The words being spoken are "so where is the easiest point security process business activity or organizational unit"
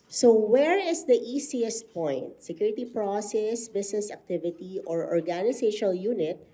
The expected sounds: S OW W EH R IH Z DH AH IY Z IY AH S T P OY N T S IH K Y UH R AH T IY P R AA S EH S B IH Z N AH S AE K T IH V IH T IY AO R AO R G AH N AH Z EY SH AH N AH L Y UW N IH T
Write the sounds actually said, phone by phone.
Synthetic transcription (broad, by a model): S OW W EH R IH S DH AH IY S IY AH S T P OY N T S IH K Y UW R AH T IY P R AA S EH S B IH S N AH S AE K T IH V IH T IY AO R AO R G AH N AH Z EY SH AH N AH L Y UW N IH T